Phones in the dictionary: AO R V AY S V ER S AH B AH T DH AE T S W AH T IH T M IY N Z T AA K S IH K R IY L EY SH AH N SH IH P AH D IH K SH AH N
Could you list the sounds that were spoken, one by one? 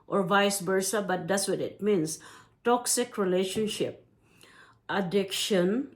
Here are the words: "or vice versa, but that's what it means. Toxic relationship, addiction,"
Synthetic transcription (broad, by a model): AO R V AY S B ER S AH B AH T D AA T S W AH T IH T M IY N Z T AA K S IH K R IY L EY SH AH N SH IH P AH D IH K SH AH N